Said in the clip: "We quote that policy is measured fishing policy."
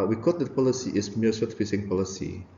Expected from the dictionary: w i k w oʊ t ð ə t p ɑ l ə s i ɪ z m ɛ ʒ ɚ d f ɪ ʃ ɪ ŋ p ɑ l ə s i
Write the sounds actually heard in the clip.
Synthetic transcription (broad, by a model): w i k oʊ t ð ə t p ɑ l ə s i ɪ s m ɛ s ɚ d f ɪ s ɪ ŋ p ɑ l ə s i